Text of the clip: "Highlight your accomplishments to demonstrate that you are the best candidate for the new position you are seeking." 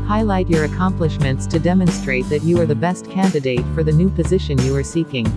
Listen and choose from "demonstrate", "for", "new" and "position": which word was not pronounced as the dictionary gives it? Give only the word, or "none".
none